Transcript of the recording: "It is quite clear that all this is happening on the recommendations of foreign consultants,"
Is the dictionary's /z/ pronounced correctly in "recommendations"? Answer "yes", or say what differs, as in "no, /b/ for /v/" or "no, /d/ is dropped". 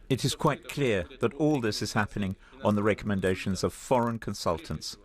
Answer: yes